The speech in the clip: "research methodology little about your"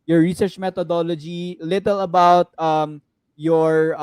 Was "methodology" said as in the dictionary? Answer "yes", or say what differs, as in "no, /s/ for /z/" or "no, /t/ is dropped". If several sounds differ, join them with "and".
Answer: no, /t/ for /θ/